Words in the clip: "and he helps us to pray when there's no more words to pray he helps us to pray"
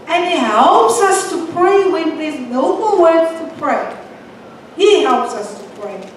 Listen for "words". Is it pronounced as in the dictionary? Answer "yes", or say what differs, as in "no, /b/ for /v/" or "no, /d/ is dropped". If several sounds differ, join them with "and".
no, /z/ is dropped